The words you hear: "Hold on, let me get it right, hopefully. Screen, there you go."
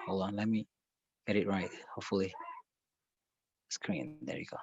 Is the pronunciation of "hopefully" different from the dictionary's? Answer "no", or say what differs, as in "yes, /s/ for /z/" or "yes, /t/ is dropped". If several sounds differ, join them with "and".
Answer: no